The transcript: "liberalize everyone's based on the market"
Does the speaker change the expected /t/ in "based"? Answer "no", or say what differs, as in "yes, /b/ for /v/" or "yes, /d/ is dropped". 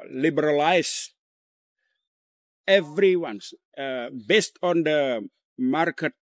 no